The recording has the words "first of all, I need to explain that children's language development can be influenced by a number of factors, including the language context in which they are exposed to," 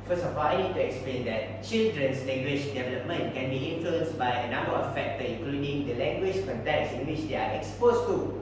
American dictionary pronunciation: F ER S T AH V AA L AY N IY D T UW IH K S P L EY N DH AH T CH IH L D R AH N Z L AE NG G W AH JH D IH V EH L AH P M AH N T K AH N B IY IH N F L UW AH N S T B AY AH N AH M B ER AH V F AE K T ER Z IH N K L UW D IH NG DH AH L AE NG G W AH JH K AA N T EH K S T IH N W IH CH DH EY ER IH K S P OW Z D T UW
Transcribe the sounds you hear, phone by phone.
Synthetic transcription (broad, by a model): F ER S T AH F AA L AY N IY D T UW IH K S P L EY N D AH T CH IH L D R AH N S L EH NG G W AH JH D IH V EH L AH P M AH N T K AH N B IY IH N F L UW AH N S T B AY AH N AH M B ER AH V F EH K T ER IH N K L UW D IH NG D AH L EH NG G W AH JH K AA N T EH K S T IH N W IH CH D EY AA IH K S P OW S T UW